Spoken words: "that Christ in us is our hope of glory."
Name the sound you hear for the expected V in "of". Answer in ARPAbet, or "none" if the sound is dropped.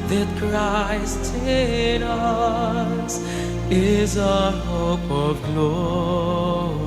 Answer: V